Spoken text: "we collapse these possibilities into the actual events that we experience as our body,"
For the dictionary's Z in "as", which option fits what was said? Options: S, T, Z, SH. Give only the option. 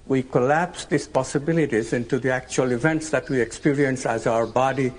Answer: Z